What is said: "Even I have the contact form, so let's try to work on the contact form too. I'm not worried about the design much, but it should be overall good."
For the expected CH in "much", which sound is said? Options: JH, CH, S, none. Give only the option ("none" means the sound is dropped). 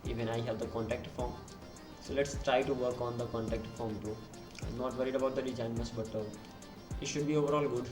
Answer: S